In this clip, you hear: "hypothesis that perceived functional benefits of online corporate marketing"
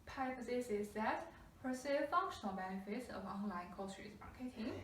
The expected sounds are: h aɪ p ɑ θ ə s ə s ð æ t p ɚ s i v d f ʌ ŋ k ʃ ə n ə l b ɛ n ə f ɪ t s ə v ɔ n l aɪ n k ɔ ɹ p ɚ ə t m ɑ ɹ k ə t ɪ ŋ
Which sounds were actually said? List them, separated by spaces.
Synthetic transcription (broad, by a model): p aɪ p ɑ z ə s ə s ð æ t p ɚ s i f ʌ ŋ k ʃ ə n ə l b ɛ n ə f ɪ t s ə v ɔ n l aɪ n k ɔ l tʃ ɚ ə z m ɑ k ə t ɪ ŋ